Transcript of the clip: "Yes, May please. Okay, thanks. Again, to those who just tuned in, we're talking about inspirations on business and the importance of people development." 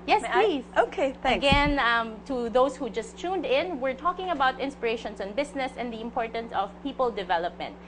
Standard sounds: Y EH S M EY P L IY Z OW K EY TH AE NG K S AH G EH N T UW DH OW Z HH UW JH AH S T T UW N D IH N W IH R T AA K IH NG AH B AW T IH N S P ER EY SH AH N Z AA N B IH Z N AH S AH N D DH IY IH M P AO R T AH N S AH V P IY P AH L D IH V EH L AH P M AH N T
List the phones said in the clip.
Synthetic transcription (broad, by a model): Y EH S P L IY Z OW K EY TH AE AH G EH N T UW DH OW S HH UW JH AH S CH UW N D IH N W IH R T AA K IH NG AH B AW T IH N S P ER EY SH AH N S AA N B IH S N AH S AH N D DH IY IH M P AO R T AH N S AH V P IY P AH L D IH V EH L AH P M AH N T